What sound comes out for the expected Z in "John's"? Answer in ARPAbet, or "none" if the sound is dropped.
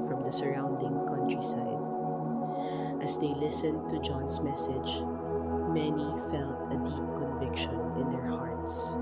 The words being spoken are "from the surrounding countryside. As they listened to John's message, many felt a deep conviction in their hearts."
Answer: S